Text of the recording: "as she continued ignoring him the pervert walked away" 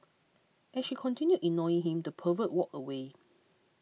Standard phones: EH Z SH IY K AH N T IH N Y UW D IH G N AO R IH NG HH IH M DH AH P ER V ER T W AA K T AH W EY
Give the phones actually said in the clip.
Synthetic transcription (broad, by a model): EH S SH IY K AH N T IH N Y UW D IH N AO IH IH NG HH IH M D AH P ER V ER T W AA K AH W EY